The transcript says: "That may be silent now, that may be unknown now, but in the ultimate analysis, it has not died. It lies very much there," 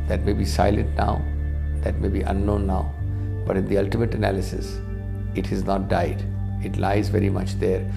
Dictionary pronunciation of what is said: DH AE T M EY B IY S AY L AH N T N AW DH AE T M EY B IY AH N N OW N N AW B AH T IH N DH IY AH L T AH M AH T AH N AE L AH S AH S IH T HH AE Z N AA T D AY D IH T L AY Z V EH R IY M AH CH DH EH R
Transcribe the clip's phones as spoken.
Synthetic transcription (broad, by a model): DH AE T M EY B IY S AY L AH N T N AW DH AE T M EY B IY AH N N OW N N AW B AH T IH N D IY AH L T AH M AH T AH N AE L AH S AH S IH T HH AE Z N AA T D AY D IH T L AY Z V EH R IY M AH CH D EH R